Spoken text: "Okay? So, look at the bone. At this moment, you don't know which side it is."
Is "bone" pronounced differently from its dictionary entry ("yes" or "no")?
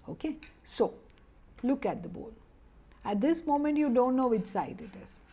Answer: yes